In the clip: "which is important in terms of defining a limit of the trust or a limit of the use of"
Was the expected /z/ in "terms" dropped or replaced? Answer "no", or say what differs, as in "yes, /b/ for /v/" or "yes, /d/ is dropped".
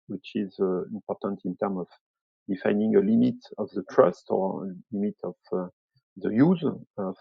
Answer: yes, /z/ is dropped